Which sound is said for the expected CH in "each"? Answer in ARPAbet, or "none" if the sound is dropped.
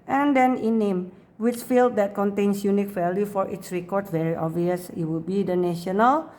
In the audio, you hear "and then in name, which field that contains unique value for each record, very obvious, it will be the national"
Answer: S